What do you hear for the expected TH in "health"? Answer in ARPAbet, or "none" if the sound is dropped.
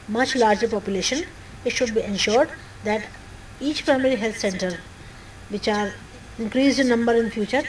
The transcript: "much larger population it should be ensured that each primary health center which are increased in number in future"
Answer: T